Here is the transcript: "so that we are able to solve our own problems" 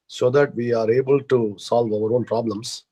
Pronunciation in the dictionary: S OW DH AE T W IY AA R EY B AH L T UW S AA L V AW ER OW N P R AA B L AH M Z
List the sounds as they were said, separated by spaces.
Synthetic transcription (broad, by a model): S OW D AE T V IY AA R EY B AH L T UW S AA L V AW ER OW N P R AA B L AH M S